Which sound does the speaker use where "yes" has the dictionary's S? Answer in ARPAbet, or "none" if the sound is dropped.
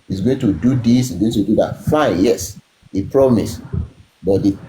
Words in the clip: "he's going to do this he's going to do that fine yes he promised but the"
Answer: S